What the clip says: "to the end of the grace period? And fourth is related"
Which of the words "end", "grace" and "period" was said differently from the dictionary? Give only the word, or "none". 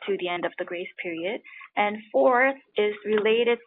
none